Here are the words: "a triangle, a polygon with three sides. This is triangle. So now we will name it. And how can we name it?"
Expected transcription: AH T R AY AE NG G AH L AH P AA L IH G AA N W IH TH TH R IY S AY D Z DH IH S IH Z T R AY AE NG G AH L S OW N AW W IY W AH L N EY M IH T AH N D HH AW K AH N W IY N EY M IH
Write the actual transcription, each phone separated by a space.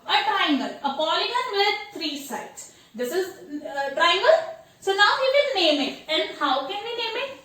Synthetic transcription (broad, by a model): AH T R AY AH NG G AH L AH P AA L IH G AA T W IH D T R IY S AY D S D IH S IH Z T R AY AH NG G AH L S OW N AW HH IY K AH N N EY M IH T AH N D HH AW K AH N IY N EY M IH